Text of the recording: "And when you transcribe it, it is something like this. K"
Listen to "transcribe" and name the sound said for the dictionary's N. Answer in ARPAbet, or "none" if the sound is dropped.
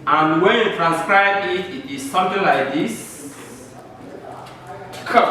N